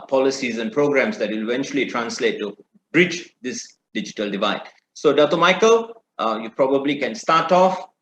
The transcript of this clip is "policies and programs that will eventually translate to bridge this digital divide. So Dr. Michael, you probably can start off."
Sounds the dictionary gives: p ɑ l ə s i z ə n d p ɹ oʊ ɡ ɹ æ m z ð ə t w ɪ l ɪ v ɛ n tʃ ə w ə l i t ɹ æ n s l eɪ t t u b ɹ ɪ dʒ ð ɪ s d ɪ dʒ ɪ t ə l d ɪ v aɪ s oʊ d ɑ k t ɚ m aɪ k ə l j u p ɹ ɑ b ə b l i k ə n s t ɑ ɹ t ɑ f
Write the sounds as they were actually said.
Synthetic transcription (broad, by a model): p ɑ l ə s i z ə n p ɹ oʊ ɡ ɹ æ m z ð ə t w ɪ l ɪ v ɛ n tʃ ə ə l i t ɹ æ n s l eɪ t t u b ɹ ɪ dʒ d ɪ s d ɪ dʒ ɪ t ə l d ɪ v aɪ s oʊ d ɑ t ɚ m aɪ k ə l j u p ɹ ɑ b ə b l i k ə n s t ɑ t ɑ f